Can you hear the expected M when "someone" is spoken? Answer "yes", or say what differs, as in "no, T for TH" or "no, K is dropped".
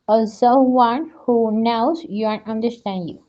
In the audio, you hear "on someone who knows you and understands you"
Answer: no, M is dropped